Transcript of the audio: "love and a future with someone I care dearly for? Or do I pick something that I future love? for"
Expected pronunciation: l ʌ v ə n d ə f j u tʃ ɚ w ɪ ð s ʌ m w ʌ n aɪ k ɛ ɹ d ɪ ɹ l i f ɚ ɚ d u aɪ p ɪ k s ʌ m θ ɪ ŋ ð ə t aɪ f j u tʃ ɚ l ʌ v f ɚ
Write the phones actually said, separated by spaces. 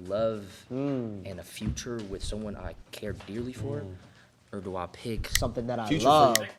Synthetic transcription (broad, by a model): l ʌ v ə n ə f j u tʃ ɚ w ɪ ð s ʌ m w ʌ n aɪ k ɛ ɹ d ɪ ɹ l i f ɚ ɚ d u aɪ p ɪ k s ʌ m θ ɪ ŋ ð ə t aɪ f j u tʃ l ʌ v